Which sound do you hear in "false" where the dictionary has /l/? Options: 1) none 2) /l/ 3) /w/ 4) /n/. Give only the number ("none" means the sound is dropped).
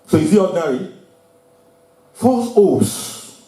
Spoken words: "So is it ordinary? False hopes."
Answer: 1